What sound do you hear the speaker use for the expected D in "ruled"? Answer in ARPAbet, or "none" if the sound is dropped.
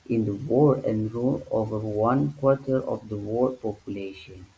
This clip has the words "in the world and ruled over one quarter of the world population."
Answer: none